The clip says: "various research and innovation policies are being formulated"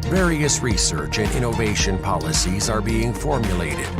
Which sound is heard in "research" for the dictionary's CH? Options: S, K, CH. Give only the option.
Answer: CH